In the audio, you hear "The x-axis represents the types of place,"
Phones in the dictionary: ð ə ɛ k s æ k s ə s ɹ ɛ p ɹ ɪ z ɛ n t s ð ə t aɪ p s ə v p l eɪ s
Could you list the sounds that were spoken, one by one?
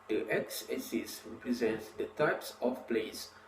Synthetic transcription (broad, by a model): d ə ɛ k s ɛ s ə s ɹ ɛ p ɹ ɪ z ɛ n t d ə t aɪ p s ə f p l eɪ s